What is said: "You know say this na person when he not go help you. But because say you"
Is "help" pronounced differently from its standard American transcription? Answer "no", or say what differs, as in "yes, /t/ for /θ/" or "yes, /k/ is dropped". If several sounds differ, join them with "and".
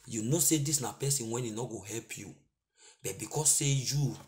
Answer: no